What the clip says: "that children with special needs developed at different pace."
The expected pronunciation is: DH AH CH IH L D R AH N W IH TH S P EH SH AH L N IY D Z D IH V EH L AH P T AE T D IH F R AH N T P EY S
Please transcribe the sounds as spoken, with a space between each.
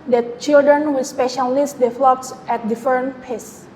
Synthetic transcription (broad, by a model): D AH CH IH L D R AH N W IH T S P EH SH AH L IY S D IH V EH L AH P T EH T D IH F AH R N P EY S